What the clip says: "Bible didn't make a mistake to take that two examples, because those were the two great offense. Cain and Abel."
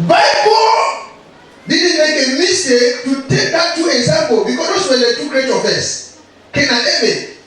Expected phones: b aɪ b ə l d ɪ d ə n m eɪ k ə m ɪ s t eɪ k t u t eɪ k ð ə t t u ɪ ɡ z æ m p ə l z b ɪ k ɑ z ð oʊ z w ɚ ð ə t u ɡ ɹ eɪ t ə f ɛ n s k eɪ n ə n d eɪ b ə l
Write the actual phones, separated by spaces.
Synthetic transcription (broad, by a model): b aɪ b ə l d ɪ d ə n m eɪ k ə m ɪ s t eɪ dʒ t u t eɪ k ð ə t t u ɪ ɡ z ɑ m p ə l b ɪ k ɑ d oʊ s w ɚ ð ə t u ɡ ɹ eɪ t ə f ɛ s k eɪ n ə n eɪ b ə